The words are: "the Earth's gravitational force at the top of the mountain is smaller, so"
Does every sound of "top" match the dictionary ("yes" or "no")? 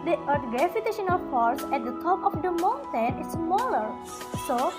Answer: yes